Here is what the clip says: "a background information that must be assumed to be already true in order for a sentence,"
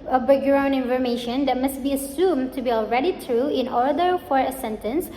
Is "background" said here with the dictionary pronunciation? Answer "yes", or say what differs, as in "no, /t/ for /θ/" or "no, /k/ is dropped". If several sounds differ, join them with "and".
no, /k/ is dropped